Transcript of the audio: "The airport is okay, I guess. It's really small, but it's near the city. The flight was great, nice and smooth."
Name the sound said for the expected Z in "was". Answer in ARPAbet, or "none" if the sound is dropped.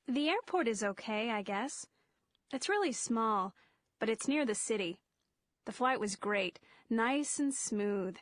Z